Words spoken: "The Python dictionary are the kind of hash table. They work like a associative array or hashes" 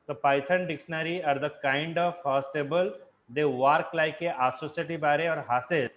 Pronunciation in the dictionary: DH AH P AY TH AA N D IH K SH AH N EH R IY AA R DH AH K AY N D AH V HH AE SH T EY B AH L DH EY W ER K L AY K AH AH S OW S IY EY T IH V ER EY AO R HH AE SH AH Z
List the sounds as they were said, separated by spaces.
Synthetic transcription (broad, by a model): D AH P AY T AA N D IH K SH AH N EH R IY AA R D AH K AY N D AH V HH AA S T EY B AH L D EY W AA K L AY K AH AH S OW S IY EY T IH B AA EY AO R HH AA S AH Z